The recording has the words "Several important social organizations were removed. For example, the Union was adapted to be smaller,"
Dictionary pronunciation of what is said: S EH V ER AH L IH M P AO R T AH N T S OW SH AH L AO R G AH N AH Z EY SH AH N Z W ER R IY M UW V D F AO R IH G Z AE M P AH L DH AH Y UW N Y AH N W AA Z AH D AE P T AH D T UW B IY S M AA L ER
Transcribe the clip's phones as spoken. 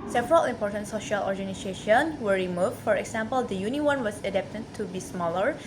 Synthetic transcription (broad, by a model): S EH V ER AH L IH M P AO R T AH N T S OW SH AH L AO R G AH N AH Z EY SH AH N W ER R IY M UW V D F AO R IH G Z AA M P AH L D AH Y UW N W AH N W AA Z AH D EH P T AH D T UW B IY S M AA L ER